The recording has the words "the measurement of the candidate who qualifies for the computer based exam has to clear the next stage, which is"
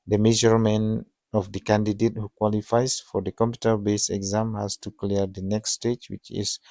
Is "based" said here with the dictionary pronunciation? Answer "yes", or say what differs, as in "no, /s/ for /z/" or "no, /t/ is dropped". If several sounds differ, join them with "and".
no, /t/ is dropped